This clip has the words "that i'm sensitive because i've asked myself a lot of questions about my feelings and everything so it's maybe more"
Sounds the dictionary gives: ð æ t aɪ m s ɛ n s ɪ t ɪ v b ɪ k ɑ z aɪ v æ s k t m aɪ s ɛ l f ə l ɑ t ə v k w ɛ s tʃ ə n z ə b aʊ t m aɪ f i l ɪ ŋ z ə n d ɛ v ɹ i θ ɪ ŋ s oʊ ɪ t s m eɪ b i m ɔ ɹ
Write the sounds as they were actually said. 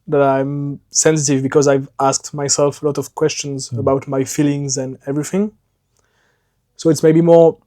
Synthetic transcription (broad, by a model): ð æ t aɪ m s ɛ n s ɪ t ɪ v b ɪ k ɑ z aɪ v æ s k t m aɪ s ɛ l f ə l ɑ t ə v k w ɛ s tʃ ə n z ə b aʊ t m aɪ f i l ɪ ŋ z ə n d ɛ v ɹ i θ ɪ ŋ s oʊ ɪ t s m eɪ b i m ɔ ɹ